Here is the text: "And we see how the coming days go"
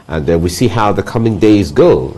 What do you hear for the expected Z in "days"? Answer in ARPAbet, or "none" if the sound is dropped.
Z